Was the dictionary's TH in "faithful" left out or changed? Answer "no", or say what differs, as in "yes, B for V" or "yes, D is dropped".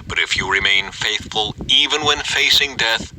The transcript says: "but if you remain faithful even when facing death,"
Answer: no